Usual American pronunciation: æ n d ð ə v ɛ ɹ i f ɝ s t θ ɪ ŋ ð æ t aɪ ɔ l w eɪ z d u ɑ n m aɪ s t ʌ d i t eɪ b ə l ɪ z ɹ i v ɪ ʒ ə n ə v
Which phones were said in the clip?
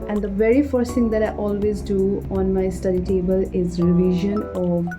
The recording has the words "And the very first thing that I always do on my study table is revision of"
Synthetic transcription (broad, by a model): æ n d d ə v ɛ ɹ i f ɝ s t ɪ ŋ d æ t aɪ ɔ l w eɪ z d u ɑ n m aɪ s t ʌ d i t eɪ b ə l ɪ z ɹ i v ɪ ʒ ə n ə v